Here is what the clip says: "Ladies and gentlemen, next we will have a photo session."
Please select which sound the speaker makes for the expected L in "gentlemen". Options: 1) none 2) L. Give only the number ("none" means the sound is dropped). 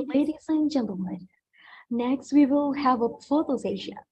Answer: 1